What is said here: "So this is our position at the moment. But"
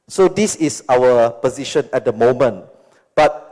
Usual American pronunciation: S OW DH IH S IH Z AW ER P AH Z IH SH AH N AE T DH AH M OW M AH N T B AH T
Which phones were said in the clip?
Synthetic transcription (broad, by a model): S OW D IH S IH S AW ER P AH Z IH SH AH N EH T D AH M OW M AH N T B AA T